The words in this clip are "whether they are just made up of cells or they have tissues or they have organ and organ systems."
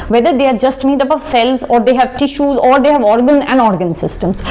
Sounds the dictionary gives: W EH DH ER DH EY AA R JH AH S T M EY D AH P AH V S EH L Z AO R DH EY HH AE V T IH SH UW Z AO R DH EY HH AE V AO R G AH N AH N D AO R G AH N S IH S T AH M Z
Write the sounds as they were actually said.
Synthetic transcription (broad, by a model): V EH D ER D EY AA R JH AH S T M EY D AH P AH V S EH L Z AO R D EY HH AE V T IH SH UW Z AO R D EY HH AE V AO R G AH N AH N D AO R G AH N S IH S T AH M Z